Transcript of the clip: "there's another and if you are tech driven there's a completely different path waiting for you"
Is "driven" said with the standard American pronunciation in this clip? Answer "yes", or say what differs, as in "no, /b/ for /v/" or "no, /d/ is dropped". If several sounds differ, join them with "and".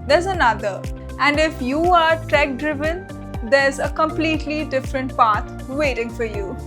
yes